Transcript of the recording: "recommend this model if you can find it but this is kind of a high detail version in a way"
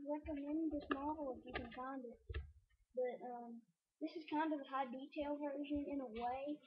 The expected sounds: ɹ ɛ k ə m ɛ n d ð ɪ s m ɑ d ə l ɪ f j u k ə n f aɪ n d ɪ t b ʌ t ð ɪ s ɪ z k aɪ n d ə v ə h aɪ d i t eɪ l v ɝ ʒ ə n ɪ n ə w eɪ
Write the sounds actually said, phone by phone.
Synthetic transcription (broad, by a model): ɹ ɛ k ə m ɛ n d ð ɪ s m ɑ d l ɪ f j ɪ k ə n f aɪ n d ɪ t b ʌ t ð ɪ s ɪ z k aɪ n d ə v ə h aɪ d i t eɪ l v ɝ ʒ ə n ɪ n ə w eɪ